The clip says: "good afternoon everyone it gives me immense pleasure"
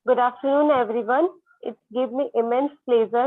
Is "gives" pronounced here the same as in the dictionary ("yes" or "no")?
no